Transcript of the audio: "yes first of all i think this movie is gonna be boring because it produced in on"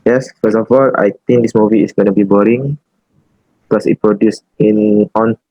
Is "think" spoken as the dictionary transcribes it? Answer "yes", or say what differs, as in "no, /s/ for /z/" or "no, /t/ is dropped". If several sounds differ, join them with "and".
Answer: no, /t/ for /θ/